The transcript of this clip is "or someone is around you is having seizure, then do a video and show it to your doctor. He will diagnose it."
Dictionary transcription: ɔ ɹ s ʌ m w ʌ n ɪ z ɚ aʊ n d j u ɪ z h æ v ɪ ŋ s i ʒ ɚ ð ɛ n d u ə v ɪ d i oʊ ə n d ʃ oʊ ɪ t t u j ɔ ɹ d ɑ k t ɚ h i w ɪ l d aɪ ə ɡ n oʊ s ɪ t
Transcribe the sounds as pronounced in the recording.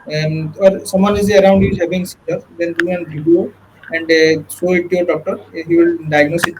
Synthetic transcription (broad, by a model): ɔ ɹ s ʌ m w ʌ n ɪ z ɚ aʊ n d j u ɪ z h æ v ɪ ŋ s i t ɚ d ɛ n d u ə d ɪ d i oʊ ə n d s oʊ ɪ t t u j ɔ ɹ d ɑ k t ɚ h i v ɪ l d aɪ ə ɡ n oʊ s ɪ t